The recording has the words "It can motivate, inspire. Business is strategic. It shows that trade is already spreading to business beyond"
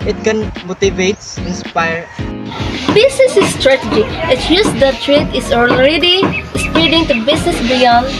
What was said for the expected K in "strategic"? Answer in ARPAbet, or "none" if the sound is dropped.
none